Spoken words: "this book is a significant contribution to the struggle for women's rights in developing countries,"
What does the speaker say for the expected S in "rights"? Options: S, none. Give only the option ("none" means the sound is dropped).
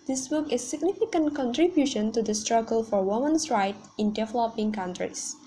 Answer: none